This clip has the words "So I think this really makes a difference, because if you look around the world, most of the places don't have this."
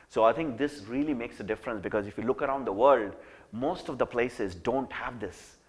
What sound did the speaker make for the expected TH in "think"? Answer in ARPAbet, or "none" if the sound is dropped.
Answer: T